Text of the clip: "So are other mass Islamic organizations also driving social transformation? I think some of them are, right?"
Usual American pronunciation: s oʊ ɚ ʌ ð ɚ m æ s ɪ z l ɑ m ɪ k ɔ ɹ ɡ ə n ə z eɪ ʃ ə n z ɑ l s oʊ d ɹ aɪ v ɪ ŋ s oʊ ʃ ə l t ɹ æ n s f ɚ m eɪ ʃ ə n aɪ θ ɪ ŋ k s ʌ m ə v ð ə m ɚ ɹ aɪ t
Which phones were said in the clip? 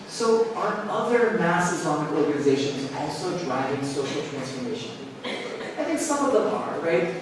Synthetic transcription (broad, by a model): s oʊ ɚ ʌ ð ɚ m æ s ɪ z ɑ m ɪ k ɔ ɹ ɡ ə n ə z eɪ ʃ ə n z ɑ l s oʊ d ɹ aɪ v ɪ ŋ s oʊ ʃ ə l t ɹ æ n s f ɚ m eɪ ʃ ə n aɪ θ ɪ ŋ k s ʌ m ə v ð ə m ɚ ɹ aɪ t